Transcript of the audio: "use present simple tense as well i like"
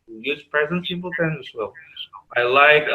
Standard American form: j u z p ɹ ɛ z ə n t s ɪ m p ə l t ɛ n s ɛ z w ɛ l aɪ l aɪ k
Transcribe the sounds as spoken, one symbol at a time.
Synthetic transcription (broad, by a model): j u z p ɹ ɛ z ə n t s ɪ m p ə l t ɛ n ɪ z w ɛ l aɪ l aɪ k